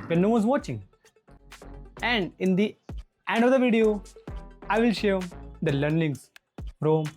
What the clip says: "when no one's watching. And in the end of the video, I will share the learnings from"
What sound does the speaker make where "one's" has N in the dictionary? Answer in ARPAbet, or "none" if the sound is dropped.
none